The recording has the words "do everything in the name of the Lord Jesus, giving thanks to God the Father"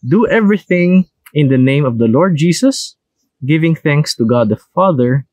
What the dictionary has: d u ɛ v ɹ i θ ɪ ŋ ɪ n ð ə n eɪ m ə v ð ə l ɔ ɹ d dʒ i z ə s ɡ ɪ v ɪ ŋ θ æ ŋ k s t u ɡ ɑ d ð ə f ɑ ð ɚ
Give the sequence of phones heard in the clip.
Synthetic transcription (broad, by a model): d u ɛ v ɹ i θ ɪ ŋ ɪ n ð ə n eɪ m ə v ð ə l ɔ ɹ d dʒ i s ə s ɡ ɪ v ɪ ŋ θ æ ŋ k s t u ɡ ɑ d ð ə f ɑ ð ɚ